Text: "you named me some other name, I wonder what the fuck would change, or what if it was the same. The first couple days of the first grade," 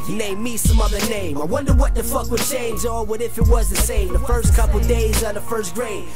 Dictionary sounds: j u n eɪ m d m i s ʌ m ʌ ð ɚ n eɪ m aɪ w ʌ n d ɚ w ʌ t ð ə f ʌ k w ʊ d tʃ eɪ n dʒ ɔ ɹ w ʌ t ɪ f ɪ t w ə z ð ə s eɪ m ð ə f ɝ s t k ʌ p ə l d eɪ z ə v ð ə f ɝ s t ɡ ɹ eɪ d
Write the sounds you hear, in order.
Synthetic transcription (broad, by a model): n eɪ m m i s ʌ m ʌ ð ɚ n eɪ m aɪ w ʌ n d ɚ w ʌ t ð ə f ʌ k w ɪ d tʃ eɪ n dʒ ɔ l w ʌ t ɪ f ɪ t w ə z ð ə s eɪ m ð ə f ɝ s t k ʌ p l d eɪ z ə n ð ə f ɝ s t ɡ ɹ eɪ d